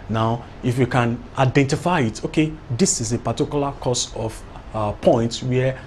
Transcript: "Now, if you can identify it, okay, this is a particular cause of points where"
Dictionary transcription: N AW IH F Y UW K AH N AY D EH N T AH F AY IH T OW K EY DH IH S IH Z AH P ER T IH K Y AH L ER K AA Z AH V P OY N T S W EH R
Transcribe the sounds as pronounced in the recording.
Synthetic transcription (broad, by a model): N AW IH F Y UW K AH N AY D EH N T AH F AY IH T OW K EY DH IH S IH Z AH P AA T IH K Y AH L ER K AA S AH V P OY N T W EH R